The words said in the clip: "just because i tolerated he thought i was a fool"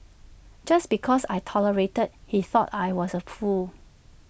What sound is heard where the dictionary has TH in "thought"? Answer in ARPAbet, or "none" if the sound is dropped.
TH